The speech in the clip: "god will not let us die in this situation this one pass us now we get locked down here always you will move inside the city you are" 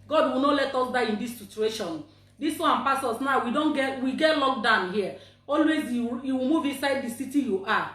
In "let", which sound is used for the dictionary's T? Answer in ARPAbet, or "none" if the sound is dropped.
T